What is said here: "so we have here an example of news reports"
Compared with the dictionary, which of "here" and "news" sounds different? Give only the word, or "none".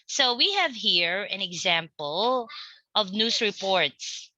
news